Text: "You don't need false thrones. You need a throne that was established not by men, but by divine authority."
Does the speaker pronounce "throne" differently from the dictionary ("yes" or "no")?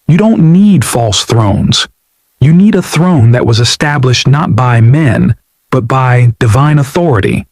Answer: no